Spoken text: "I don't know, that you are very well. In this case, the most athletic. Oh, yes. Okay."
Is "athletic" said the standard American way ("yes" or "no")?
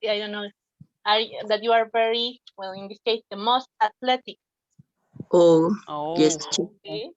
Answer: no